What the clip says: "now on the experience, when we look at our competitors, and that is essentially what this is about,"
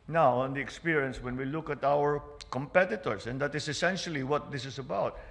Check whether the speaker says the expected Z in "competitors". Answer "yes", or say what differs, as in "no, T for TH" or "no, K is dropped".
no, S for Z